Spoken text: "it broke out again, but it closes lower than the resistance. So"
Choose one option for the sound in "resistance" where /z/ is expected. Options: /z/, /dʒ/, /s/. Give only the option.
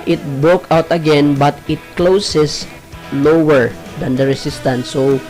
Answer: /s/